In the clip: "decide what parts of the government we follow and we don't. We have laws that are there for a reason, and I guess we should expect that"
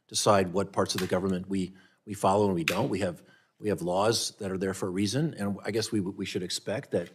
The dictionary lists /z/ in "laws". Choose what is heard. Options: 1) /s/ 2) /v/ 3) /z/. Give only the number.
3